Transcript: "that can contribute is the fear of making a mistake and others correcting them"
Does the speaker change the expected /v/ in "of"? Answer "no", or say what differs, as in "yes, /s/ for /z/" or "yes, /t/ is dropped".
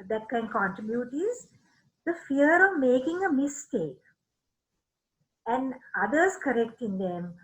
no